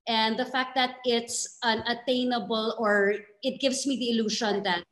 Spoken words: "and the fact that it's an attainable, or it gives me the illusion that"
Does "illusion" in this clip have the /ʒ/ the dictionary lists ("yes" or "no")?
no